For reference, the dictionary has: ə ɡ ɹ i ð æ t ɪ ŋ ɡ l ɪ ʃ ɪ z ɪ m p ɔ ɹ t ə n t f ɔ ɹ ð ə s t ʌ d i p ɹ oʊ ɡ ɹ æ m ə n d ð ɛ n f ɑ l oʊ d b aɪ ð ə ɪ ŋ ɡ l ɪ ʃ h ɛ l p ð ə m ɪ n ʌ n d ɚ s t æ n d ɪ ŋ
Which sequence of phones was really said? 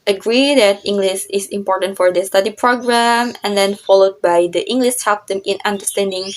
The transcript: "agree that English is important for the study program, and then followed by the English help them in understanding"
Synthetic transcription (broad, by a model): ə ɡ ɹ i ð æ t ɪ ŋ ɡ l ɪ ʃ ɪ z ɪ m p ɔ ɹ t ə n t f ɔ ɹ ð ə s t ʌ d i p ɹ oʊ ɡ ɹ æ m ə n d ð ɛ n f ɑ l oʊ d b aɪ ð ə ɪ ŋ ɡ l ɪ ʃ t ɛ p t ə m ɪ n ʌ n d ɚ s t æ n d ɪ ŋ